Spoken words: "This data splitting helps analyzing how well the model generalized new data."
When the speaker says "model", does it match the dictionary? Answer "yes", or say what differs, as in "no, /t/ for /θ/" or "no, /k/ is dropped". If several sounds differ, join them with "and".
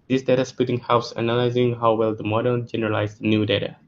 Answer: no, /n/ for /l/